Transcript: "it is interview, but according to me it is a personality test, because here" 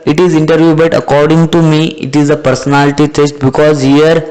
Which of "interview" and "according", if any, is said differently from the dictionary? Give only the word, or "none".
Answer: none